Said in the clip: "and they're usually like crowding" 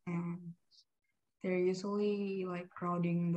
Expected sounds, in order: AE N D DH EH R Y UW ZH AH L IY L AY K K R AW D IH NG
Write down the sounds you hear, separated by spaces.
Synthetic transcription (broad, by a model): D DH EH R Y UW S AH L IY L AY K K R AW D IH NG